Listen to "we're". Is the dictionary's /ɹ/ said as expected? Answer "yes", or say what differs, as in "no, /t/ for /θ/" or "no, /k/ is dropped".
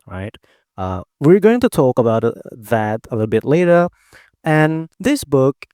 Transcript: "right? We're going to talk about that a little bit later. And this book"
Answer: yes